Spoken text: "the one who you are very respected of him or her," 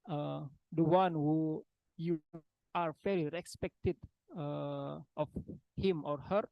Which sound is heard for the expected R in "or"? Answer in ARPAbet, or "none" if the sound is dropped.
R